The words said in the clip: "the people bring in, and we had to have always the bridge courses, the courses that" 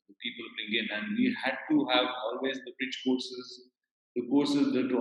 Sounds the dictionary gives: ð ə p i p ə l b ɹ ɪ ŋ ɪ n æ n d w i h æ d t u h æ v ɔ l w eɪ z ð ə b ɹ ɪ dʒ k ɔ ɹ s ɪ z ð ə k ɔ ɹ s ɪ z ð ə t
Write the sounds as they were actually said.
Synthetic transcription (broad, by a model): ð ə p i p ə l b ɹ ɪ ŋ ɪ n æ n d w i h æ d t u h æ v ɔ l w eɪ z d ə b ɹ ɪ tʃ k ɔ ɹ s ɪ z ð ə k ɔ ɹ s ɪ z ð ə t